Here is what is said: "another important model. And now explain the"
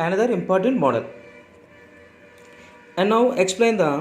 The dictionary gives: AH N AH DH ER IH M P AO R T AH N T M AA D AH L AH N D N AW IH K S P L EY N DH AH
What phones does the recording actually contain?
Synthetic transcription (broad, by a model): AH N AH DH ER IH M P AO R T AH N T M AA D AH L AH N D N AW IH K S P L EY N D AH